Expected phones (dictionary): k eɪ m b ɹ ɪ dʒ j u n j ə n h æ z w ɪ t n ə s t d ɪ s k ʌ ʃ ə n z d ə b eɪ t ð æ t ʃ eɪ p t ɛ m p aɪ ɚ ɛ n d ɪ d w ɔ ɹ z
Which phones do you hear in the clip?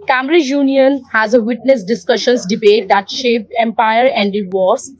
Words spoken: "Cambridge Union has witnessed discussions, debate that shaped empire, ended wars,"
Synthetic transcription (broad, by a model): k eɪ m ɹ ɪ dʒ j u n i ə n h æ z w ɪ t n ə s d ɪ s k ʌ ʃ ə n s d ə b eɪ t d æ t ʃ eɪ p ɛ m p aɪ ɚ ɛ n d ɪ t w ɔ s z